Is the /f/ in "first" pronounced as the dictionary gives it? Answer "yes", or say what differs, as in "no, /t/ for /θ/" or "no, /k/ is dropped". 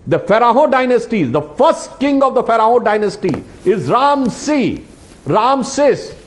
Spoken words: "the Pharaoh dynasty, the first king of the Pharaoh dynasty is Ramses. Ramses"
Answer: yes